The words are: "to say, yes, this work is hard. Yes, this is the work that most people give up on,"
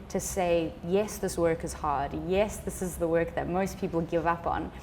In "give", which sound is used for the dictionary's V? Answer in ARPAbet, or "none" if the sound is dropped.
V